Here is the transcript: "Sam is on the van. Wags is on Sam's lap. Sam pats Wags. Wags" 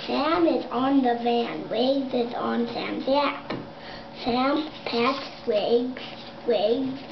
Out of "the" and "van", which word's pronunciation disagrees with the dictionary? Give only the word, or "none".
none